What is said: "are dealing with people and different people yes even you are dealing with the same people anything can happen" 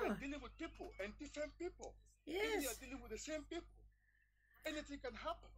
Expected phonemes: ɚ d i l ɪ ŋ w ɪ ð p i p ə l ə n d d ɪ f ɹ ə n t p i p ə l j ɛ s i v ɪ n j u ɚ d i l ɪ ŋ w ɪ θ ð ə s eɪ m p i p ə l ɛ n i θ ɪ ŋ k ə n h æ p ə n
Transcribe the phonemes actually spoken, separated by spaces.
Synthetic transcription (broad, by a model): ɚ d i l ɪ ŋ w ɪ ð p i p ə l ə n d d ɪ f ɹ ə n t p i p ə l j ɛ i ɪ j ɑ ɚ d i l ɪ ŋ w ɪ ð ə s eɪ m p i p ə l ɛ n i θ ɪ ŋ k ə n h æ p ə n